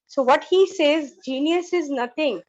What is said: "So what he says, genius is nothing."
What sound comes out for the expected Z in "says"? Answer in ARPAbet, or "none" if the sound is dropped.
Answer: Z